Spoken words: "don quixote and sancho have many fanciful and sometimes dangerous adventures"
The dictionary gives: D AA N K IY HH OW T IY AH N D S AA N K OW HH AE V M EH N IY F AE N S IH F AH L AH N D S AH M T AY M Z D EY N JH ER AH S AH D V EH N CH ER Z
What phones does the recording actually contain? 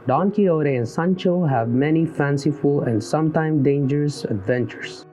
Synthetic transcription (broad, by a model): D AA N K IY OW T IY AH N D S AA N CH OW HH AE V M EH N IY F AE N S IH F AH L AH N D S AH M T AY M D EY N JH ER AH S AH D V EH N CH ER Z